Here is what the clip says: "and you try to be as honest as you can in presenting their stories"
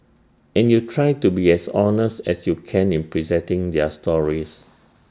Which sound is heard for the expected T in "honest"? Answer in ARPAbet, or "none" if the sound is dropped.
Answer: T